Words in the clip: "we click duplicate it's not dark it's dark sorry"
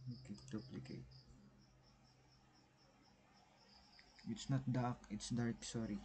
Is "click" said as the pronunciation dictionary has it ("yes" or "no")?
no